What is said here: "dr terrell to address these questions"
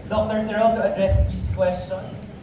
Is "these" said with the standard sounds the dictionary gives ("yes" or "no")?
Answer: no